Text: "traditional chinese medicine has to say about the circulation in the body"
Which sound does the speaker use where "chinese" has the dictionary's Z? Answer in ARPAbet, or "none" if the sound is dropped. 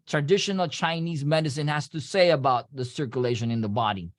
Z